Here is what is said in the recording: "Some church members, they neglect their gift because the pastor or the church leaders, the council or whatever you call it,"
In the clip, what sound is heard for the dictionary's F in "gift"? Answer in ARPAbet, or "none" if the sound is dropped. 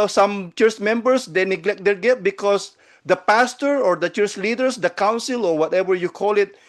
none